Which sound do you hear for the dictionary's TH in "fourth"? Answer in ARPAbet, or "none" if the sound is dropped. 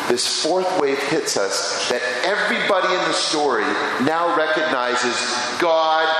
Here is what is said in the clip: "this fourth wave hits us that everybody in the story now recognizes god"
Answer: TH